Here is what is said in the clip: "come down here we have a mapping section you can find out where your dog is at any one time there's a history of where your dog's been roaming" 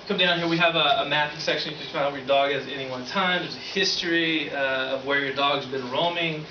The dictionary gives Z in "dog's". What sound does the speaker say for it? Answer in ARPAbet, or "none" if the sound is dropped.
Z